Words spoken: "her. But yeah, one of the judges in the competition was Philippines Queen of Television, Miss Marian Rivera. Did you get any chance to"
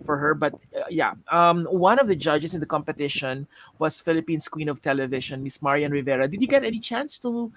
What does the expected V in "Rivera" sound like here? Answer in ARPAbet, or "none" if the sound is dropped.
V